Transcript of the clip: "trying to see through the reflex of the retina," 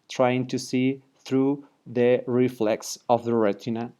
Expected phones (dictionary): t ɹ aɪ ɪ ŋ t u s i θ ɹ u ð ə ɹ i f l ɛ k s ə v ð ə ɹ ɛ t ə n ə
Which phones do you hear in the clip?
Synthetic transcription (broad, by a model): t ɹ aɪ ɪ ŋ t u s i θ ɹ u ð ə ɹ i f l ɛ k s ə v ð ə ɹ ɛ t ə n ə